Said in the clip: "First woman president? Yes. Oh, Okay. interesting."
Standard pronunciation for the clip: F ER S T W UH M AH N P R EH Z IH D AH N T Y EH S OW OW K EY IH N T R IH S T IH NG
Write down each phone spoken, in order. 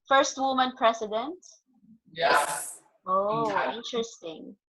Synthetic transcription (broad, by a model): F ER S T W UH M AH N P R EH S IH D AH N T Y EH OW OW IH N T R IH S T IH NG